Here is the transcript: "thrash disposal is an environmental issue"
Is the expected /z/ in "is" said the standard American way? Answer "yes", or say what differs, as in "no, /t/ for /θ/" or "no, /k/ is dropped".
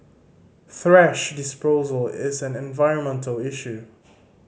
yes